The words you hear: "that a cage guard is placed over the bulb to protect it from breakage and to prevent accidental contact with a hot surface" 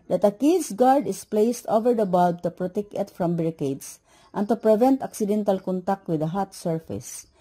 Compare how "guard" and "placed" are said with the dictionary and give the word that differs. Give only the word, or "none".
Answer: none